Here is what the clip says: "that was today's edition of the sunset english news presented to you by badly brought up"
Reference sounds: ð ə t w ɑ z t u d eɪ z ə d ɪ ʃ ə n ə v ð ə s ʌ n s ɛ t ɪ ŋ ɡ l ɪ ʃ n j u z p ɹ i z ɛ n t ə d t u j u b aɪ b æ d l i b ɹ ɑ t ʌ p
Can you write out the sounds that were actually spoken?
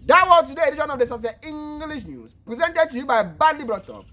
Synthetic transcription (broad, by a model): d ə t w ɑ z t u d eɪ ə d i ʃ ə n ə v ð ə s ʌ s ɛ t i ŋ ɡ l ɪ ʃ n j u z p ɹ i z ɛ n t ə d t u j u b aɪ b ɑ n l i b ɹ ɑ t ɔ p